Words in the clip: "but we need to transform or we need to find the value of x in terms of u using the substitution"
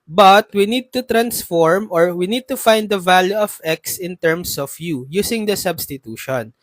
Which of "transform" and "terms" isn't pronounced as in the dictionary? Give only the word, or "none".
terms